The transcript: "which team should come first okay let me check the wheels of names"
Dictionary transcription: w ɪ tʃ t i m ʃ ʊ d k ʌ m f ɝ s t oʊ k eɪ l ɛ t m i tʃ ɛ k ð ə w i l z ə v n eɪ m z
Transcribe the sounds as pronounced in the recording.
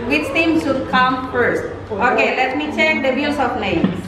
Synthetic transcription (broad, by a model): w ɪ tʃ t i m ʃ ʊ d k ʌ m f ɝ s t oʊ k eɪ l ɛ t m i tʃ ɛ k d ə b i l s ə p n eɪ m